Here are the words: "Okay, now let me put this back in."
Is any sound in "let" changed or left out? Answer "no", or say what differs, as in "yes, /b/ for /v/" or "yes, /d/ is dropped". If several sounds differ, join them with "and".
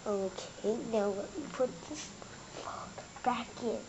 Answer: yes, /w/ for /l/